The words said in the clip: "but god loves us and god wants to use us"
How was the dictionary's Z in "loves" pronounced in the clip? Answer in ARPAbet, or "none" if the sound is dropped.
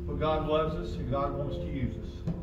Z